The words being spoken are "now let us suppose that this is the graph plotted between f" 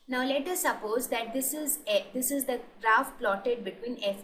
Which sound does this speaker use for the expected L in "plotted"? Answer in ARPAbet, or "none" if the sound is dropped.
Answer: L